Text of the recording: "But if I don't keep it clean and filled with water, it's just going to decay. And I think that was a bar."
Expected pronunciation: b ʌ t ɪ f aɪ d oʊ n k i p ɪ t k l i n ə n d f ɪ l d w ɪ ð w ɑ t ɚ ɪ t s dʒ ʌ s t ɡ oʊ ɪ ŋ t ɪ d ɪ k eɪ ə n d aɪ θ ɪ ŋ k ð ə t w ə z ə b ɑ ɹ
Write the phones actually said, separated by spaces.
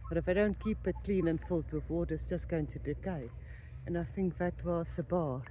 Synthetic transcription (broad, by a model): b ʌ t ɪ f aɪ d oʊ n k i p ɪ t k l i n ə n f ɪ l d w ɪ ð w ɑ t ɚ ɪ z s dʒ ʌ s ɡ oʊ ɪ ŋ t ɪ d ɪ k eɪ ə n aɪ θ ɪ ŋ k ð ə t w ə s ə b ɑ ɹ